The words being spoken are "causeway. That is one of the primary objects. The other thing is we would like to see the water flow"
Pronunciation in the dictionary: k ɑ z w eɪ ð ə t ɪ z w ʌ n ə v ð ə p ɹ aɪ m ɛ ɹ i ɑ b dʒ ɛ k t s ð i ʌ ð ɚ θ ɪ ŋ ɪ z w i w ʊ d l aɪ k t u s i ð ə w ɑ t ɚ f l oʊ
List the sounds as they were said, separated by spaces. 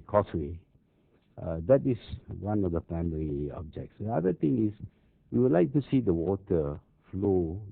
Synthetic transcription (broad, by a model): k ɑ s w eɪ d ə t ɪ s w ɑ n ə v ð ə p ɹ aɪ m ɛ ɹ i ɑ b dʒ ɛ k t s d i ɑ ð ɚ t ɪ ŋ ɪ s w i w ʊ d l aɪ k t u s i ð ə w ɑ t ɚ f l oʊ